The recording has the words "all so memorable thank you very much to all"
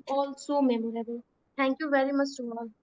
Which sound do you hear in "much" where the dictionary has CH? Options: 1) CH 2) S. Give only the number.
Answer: 2